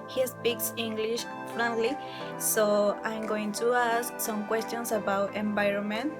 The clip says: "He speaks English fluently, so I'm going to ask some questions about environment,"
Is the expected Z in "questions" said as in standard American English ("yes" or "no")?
no